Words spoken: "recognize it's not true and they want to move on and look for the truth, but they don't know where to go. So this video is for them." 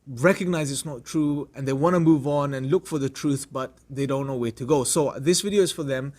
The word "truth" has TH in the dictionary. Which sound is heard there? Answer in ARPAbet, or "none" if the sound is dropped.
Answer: TH